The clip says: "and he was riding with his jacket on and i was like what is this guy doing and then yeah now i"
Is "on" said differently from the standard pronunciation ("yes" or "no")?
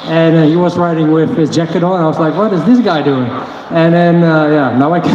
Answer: yes